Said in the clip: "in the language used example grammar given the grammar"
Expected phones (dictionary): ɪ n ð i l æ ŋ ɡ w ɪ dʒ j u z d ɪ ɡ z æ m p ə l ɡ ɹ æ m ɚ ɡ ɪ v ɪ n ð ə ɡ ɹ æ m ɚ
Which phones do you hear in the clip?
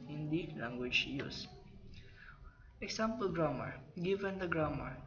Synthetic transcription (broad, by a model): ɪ n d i l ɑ ŋ ɡ w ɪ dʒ j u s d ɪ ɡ s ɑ m p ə l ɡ ɹ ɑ m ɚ ɡ ɪ v ɪ n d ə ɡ ɹ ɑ m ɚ